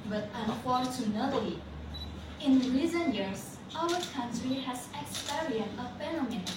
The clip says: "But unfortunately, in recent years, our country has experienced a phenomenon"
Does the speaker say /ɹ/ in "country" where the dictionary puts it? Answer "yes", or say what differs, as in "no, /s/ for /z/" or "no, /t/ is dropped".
yes